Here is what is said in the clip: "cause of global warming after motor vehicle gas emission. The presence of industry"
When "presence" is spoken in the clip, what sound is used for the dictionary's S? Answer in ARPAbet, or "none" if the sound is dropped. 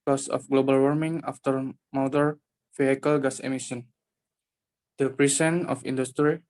none